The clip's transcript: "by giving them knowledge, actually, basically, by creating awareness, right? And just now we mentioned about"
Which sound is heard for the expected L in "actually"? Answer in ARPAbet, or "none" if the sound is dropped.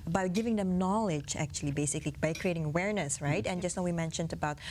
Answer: L